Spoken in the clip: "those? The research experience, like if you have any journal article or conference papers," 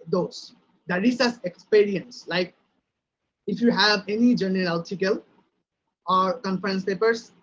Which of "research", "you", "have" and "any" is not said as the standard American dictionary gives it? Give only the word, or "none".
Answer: research